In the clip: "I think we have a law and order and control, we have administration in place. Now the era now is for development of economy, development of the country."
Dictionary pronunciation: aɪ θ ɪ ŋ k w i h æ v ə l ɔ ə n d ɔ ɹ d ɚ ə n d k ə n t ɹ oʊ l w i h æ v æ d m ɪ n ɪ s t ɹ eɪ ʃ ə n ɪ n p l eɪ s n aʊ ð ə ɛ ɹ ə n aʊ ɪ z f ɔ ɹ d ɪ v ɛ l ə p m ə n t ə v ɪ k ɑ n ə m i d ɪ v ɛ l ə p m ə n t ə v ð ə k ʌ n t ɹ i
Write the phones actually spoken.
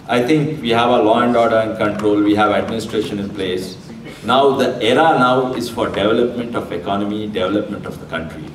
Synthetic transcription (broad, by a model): aɪ t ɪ ŋ k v i h æ v ə l ɔ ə n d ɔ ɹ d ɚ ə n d k ə n t ɹ oʊ l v i h æ v æ d m ɪ n ɪ s t ɹ eɪ ʃ ə n ɪ n p l eɪ s n aʊ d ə ɛ ɹ ə n aʊ ɪ z f ɔ ɹ d ɪ v ɛ l ə p m ə n t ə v ɪ k ɑ n ə m i d ɪ v ɛ l ə p m ə n t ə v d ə k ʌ n t ɹ i